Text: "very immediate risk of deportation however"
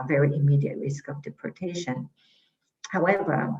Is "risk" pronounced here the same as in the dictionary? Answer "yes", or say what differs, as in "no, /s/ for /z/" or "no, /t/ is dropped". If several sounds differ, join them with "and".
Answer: yes